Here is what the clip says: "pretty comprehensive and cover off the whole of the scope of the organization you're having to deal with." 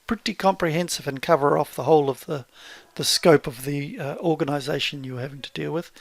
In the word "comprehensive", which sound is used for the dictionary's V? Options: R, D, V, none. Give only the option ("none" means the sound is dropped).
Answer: V